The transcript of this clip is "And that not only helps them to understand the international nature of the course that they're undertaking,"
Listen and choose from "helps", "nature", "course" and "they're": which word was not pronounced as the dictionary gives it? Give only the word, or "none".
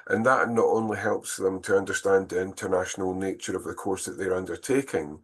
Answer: none